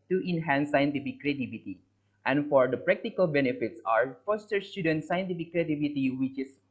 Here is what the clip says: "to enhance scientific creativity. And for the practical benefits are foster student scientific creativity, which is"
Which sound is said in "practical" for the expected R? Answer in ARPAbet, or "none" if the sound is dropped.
R